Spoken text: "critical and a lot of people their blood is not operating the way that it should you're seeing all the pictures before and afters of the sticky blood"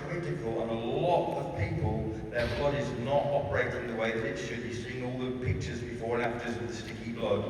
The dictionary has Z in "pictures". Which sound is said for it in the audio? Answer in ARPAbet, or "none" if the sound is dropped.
Z